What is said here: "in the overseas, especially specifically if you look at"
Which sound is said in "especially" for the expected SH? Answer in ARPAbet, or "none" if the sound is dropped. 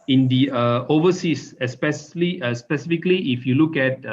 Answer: S